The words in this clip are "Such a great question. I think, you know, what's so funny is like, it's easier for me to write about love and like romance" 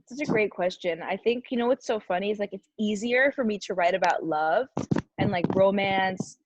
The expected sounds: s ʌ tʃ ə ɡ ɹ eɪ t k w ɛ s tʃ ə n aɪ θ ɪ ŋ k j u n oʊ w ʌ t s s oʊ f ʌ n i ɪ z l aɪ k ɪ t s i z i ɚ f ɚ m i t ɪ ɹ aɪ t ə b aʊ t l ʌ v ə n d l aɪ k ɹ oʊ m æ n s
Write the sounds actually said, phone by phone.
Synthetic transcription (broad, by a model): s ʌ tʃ ə ɡ ɹ eɪ t k w ɛ s tʃ ə n aɪ θ ɪ ŋ k j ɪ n oʊ w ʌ t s s oʊ f ʌ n i ɪ z l aɪ k ɪ t s i z i ɚ f ɚ m i t ɪ ɹ aɪ t ə b aʊ t l ʌ v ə n l aɪ k ɹ oʊ m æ n s